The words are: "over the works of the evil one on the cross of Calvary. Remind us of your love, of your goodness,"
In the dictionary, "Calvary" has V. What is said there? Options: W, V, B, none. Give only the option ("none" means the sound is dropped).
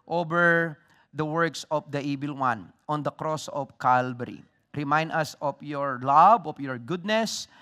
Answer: B